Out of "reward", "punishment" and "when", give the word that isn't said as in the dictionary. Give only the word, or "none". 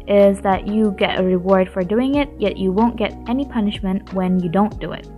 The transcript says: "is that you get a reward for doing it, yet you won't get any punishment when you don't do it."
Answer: none